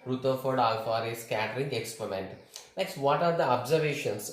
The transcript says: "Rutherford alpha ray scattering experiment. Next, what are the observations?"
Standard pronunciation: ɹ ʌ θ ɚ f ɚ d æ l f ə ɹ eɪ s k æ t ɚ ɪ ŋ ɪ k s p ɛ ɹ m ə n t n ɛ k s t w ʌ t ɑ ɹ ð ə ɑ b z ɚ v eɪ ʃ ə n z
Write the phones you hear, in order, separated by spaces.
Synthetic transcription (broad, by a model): ɹ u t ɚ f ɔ d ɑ l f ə ɹ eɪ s k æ t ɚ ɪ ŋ ɪ k s p ɛ ɹ m ə n t n ɛ k s t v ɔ t ɑ ɹ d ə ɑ b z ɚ v eɪ ʃ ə n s